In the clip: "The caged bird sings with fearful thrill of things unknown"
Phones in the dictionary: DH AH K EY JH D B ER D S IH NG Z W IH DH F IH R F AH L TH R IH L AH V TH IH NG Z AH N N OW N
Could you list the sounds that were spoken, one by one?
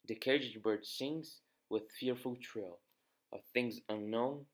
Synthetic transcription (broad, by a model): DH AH K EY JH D B ER D S IH NG Z W IH DH F IH R F AH L T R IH L AH V TH IH NG Z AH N N OW N